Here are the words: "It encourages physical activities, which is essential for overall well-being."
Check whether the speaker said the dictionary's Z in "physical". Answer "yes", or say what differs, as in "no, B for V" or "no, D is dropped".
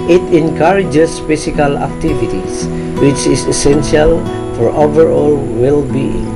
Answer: no, S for Z